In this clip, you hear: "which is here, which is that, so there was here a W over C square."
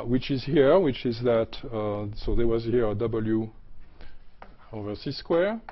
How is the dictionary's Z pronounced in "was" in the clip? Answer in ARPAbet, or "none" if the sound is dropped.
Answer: Z